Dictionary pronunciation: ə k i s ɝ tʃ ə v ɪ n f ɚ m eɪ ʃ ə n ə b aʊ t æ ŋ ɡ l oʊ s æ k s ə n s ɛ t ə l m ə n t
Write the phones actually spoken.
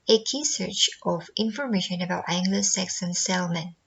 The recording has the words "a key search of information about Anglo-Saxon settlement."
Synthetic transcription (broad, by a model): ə k i s ɝ tʃ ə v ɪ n f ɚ m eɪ ʃ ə n ə b aʊ t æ ŋ ɡ l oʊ s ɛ k s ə n s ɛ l m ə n